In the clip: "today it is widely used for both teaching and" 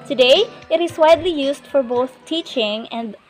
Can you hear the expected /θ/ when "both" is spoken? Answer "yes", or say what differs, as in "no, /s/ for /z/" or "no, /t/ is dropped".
yes